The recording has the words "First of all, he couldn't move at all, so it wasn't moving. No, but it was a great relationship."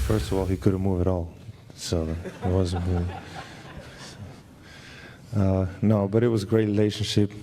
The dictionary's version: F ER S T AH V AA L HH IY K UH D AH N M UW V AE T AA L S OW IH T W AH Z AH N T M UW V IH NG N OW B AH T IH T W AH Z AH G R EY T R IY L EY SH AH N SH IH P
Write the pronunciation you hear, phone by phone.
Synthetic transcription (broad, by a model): F ER S T AH V AA L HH IY K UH D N M UW V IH T AA L S OW IH T W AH Z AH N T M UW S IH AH N OW B AH T IH T W AH Z AH G R EY T R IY L EY SH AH N SH IH P